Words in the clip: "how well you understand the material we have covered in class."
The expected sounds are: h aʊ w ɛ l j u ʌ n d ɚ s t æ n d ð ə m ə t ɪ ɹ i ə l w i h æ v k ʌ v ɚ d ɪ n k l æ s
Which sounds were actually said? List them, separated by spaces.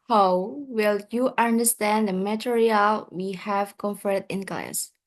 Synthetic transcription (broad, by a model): h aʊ w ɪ l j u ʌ n d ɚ s t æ n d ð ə m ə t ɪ ɹ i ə l w i h æ v k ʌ f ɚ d ɪ n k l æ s